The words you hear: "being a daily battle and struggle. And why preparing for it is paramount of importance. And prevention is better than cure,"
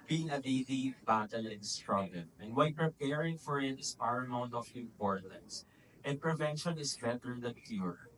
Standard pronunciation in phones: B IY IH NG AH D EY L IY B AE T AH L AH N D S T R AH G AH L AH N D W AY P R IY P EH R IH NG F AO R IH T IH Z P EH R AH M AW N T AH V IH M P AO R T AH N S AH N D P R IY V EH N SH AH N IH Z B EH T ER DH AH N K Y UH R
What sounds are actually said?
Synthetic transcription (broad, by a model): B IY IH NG AH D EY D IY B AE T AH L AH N S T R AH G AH N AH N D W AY P R IY P EH R IH NG F AO R IH T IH S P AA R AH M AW N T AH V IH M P AO R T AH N S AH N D P R IY V EH N SH AH N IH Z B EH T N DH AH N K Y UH R